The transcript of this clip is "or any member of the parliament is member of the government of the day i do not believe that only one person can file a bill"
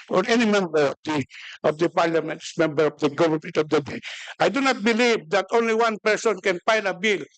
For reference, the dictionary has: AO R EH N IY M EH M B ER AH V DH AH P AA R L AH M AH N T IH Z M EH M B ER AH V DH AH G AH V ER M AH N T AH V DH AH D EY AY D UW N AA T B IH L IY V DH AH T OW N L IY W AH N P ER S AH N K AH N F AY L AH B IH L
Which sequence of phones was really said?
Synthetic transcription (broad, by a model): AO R EH N IY M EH M B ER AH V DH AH P AA R L AH M AH N T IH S M EH M B ER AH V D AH G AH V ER M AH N T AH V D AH D EY AY D UW N AA T B IH L IY V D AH T OW N L IY W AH N P ER S AH N K AH N P AY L AH B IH L